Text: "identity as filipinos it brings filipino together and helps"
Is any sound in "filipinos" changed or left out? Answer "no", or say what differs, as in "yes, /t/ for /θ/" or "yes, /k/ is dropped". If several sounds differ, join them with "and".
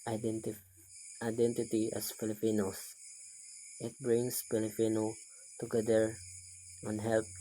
yes, /s/ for /z/